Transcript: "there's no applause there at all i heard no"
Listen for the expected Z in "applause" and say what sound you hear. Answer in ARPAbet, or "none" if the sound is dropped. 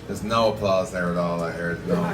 Z